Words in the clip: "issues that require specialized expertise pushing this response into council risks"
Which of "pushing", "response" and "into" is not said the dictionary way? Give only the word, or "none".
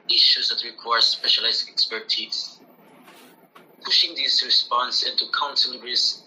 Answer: none